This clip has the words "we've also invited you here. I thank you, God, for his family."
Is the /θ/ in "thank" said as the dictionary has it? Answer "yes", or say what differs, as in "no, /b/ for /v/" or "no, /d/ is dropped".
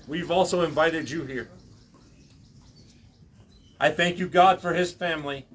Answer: yes